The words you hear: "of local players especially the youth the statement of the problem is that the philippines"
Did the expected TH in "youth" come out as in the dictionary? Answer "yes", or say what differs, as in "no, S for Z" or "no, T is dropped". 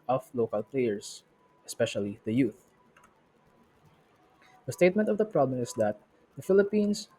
yes